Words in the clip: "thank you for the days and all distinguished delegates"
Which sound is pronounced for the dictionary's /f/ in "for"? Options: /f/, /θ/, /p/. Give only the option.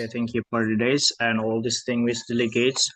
/p/